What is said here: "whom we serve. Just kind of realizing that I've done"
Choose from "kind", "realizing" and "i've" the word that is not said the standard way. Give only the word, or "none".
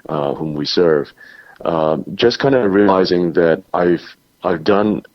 none